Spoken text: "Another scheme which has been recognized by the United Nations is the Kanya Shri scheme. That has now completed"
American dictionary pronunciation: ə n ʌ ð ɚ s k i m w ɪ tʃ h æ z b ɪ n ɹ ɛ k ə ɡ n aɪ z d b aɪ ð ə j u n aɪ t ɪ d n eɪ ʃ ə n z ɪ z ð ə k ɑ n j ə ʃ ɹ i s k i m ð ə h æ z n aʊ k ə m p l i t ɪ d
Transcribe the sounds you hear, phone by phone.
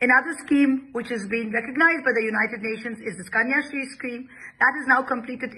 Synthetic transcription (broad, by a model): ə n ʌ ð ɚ s k i m w ɪ tʃ h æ z b ɪ n ɹ ɛ k ə ɡ n aɪ z d b aɪ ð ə j u n aɪ t ɪ d n eɪ ʃ ə n z ɪ z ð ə k ɑ n j ə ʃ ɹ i s k i m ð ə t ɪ z n aʊ k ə m p l i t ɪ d